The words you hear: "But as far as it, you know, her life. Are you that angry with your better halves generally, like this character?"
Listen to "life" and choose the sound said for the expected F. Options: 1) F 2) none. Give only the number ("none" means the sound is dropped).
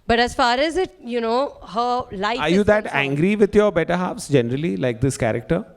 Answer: 2